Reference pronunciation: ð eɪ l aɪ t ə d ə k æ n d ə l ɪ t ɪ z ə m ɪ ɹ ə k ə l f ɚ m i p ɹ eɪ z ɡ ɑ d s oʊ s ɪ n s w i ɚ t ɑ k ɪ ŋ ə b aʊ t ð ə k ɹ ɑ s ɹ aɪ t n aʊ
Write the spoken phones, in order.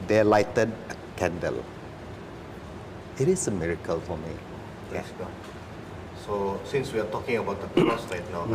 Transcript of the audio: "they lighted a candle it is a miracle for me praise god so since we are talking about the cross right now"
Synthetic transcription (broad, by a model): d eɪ l aɪ t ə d ə k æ n d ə l ɪ t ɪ s ə m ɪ ɹ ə k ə l f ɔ m i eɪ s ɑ s oʊ s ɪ n s w i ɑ t ɑ k ɪ ŋ ə b aʊ t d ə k ɑ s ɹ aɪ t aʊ